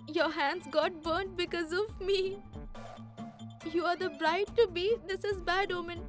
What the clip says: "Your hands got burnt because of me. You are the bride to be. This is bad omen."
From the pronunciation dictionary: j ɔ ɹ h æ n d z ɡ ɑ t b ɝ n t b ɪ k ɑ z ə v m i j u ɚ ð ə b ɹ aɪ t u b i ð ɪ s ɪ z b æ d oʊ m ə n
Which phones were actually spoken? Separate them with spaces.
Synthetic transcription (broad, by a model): j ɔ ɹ h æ n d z ɡ ɑ t b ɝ n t b ɪ k ɑ z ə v m i j u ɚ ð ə b ɹ aɪ t u b i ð ɪ s ɪ z b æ d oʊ m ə n